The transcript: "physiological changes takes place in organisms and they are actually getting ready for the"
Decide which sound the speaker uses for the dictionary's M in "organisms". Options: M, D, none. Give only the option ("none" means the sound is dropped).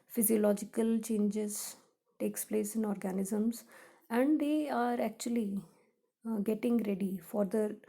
M